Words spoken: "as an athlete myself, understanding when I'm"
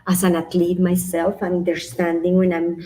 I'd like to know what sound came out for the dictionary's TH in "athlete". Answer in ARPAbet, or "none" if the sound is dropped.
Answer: T